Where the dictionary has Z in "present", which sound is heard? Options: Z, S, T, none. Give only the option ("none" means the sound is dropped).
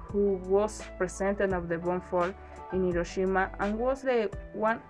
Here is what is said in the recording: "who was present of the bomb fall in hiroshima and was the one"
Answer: S